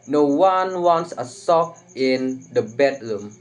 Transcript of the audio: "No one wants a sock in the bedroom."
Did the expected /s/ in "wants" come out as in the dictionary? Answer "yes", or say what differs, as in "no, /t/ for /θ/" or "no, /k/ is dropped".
yes